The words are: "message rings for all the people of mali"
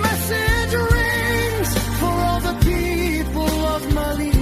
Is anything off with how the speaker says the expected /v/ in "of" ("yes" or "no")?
no